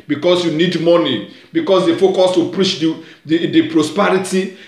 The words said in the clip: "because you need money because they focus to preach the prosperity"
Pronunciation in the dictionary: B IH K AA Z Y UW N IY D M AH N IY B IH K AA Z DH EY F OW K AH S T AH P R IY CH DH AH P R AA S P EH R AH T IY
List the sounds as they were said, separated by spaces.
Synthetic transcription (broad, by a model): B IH K AA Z Y UW N IY D M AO N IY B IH K AA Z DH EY F OW K AH S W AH P R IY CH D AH P R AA S P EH R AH T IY